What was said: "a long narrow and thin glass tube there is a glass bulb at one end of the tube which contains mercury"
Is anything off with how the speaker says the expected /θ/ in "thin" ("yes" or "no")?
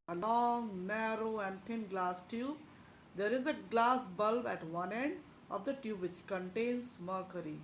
yes